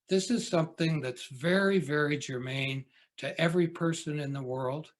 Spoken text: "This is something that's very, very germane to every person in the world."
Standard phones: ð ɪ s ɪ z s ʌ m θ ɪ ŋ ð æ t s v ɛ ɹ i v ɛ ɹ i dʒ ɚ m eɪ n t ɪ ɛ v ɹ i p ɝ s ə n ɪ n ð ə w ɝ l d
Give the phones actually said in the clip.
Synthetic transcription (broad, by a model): ð ɪ s ɪ z s ʌ m θ ɪ ŋ ð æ t s v ɛ ɹ i v ɛ ɹ i dʒ ɚ m eɪ n t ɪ ɛ v ɹ i p ɝ s ə n ɪ n ð ə w ɝ l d